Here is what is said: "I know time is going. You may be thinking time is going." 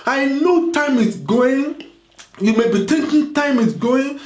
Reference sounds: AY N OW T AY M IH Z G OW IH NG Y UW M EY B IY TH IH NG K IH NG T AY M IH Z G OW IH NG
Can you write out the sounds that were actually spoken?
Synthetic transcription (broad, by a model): AY N OW T AY M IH S G OW IH NG Y UW M EY B IY T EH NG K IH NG T AY M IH S G OW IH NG